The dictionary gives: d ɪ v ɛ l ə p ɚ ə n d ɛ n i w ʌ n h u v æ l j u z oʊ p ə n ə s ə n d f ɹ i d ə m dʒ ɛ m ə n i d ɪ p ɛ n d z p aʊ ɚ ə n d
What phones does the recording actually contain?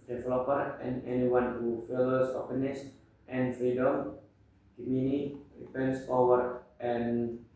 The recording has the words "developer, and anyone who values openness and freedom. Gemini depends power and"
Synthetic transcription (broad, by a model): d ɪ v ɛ l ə p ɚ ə n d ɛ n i w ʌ n h u f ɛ l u s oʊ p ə n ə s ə n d f ɹ i d ə m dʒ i m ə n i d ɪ p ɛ n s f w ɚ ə n